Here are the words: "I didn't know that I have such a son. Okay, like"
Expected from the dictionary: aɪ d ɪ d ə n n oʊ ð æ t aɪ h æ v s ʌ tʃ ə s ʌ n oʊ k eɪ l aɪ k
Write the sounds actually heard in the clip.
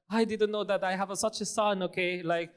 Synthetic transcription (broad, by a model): aɪ d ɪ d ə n n oʊ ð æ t aɪ h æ v s ʌ tʃ ə s ʌ n oʊ k eɪ l aɪ k